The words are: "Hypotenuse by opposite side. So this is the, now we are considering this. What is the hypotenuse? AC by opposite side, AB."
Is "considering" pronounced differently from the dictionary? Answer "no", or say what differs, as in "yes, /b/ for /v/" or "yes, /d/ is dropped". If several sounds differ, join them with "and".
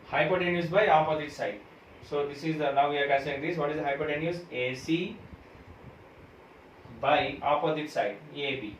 yes, /n/ is dropped